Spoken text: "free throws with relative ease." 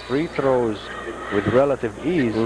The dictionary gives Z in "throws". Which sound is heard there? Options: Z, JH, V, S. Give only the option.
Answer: Z